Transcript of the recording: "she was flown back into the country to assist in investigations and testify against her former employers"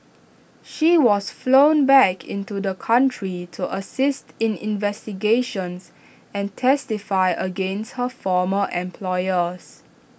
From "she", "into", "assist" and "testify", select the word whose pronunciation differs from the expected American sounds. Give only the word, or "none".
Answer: none